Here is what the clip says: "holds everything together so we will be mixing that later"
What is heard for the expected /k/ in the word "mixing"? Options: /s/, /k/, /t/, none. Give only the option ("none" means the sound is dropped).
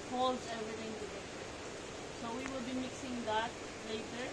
/k/